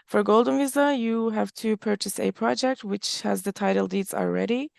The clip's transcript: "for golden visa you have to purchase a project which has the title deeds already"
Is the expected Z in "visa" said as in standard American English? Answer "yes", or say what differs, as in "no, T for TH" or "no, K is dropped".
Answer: yes